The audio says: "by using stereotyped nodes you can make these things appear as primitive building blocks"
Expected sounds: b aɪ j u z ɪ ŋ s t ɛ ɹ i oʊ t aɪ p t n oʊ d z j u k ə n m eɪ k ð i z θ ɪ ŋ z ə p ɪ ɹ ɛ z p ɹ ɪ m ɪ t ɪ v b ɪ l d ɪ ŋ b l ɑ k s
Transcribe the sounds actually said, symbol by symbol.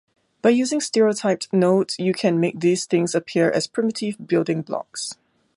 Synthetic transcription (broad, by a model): b aɪ j u z ɪ ŋ s t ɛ ɹ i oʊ t aɪ p n oʊ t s j u k ə n m eɪ k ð i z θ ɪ ŋ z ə p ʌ ɹ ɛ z p ɹ ɪ m ɪ t ɪ v b ɪ l d ɪ ŋ b l ɑ k s